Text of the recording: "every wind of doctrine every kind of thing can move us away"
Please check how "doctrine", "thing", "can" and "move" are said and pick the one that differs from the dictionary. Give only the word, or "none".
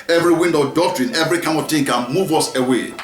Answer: thing